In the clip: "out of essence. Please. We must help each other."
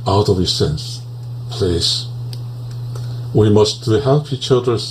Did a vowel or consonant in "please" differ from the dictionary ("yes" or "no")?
yes